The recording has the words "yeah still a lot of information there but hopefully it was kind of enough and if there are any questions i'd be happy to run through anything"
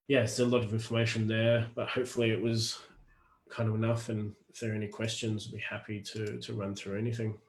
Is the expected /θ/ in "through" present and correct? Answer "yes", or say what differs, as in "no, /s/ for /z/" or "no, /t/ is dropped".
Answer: yes